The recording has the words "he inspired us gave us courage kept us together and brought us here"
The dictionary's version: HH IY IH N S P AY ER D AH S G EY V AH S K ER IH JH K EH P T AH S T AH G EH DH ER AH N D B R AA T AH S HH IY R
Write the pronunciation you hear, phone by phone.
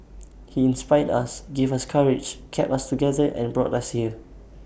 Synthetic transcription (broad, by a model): HH IY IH N S P AY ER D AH S G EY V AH S K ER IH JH K EH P AH S T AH G EH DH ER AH N B R AA T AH S HH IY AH